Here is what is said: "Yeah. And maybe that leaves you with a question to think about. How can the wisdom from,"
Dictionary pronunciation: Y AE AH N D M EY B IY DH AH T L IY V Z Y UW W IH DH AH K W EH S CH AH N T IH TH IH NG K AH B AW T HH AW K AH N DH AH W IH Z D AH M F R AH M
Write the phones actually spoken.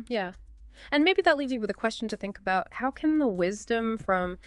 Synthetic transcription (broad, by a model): Y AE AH N M EY B IY DH AH T L IY V Z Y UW W IH DH AH K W EH S CH N T IH TH IH NG K AH B AW T HH AW K AH N DH AH W IH Z D AH M F R AH M